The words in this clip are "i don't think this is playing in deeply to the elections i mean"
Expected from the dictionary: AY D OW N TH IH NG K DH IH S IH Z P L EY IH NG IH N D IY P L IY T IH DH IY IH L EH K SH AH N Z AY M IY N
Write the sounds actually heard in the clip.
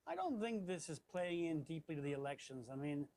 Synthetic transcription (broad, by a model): AY D OW N TH IH NG K DH IH S IH Z P L EY IH NG IH N D IY P L IY T IH DH IY IH L EH K SH AH N Z AY M IY N